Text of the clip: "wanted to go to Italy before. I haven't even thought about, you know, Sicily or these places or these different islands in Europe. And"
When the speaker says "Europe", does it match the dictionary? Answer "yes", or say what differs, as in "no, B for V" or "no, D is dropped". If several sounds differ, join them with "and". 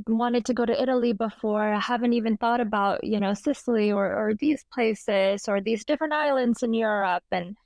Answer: yes